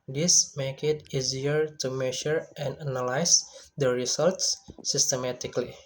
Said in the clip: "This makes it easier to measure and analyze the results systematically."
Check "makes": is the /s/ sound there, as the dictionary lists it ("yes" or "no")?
no